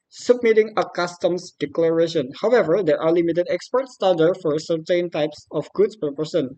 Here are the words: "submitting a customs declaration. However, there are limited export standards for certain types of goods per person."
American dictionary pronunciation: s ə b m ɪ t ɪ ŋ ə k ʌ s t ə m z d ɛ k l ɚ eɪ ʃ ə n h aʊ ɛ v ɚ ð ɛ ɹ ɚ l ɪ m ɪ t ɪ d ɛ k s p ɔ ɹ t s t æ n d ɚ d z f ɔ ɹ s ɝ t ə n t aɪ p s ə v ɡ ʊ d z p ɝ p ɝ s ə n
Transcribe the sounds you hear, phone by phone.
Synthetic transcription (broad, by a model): s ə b m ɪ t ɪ ŋ ə k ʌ s t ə m s d ɛ k l ɚ eɪ ʃ ə n h aʊ ɛ v ɚ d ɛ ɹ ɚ l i m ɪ t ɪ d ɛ k s p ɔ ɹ t s t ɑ d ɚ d f ɔ ɹ s ɝ t ə n t aɪ p s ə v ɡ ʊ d s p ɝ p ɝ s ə n